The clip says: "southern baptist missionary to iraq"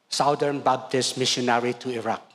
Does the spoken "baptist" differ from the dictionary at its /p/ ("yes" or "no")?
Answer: yes